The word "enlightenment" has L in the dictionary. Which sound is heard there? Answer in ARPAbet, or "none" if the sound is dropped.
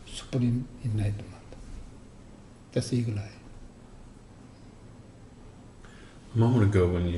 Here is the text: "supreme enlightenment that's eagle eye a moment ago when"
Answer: none